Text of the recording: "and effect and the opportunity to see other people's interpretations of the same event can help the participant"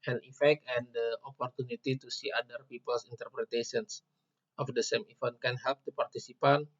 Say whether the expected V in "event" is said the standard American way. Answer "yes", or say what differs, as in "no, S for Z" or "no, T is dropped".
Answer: no, F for V